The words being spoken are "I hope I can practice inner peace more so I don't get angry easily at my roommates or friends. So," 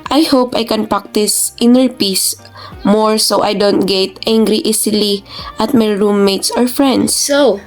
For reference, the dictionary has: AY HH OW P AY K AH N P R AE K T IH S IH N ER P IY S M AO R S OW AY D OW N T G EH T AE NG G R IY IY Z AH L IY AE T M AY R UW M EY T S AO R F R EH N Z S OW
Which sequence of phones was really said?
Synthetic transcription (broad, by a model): AY HH OW P AY K AH N P R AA K T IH S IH N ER P IY S M AO R S OW AY D OW N T G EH T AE NG G R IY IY S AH L IY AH T M AY R UW M EY T S AO R F R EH N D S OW